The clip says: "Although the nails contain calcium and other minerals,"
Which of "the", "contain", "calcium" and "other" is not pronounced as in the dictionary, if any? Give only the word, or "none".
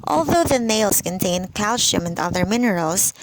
calcium